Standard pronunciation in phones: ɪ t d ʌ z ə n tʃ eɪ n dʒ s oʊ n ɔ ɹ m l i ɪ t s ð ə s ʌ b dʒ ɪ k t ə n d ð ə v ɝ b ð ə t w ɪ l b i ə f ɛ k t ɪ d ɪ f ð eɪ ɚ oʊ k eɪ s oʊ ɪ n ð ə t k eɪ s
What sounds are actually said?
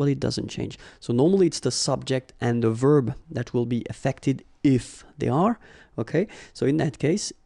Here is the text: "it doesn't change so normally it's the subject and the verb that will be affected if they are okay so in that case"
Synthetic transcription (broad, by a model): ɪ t d ʌ z ə n tʃ eɪ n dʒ s oʊ n ɔ ɹ m l i ɪ t s ð ə s ʌ b dʒ ɪ k t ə n ð ə v ɝ b ð ə t w ɪ l b i ə f ɛ k t ɪ d ɪ f ð eɪ ɚ oʊ k eɪ s oʊ ɪ n ð ə t k eɪ s